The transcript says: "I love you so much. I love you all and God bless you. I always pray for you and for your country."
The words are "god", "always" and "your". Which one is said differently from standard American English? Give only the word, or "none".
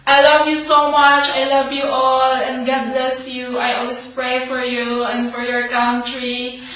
always